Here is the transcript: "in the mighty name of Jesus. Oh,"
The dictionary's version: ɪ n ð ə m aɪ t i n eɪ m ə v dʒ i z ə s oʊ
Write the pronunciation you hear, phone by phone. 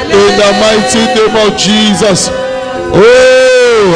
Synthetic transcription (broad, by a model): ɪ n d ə m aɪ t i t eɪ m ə w dʒ i z ə s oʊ